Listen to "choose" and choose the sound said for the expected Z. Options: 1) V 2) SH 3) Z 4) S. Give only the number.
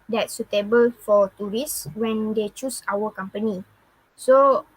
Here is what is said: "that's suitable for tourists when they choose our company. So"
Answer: 4